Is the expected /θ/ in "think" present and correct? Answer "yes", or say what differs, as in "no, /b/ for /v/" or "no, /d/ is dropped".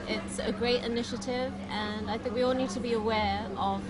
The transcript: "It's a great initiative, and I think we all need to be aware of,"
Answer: yes